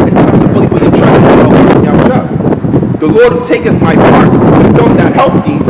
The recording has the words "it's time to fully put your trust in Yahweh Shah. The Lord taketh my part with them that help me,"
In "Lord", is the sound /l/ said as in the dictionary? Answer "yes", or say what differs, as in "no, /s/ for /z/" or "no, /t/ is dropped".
yes